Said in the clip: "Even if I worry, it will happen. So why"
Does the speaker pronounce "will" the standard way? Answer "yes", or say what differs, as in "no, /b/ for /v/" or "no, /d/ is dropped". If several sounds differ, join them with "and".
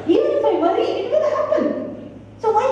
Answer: no, /n/ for /l/